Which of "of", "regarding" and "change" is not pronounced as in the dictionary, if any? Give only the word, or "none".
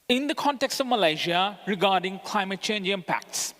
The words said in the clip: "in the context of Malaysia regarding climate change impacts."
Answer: none